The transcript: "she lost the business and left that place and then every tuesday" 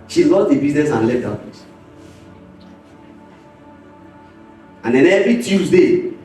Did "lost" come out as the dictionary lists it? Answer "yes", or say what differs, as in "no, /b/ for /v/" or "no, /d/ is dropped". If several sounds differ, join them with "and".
no, /s/ is dropped